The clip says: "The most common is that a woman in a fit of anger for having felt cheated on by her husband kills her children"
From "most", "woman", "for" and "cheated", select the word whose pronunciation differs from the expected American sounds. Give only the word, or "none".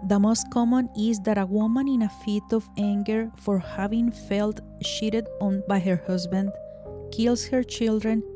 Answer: cheated